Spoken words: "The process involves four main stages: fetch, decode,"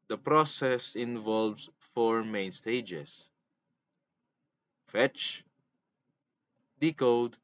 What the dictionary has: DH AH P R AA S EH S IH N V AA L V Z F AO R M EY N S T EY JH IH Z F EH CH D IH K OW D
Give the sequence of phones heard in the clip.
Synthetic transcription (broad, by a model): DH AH P R AA S EH S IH N V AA L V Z F AO R M EY N S T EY JH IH S F EH CH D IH K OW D